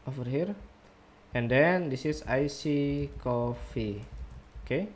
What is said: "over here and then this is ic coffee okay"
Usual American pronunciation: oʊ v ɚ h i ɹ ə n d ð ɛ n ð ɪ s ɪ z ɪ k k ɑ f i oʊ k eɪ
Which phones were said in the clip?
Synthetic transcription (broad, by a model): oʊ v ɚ h i ɹ ə n d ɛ n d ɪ s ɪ s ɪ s k ɑ f i oʊ k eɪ